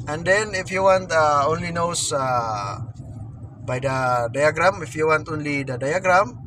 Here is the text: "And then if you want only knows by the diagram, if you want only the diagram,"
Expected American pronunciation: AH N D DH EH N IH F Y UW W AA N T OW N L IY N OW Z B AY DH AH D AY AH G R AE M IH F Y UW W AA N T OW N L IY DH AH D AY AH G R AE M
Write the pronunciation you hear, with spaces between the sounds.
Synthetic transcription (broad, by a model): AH N D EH N IH F Y UW W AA N T OW N L IY N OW S B AY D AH D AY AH G R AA M IH F Y UW W AA N T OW N L IY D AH D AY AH G R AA M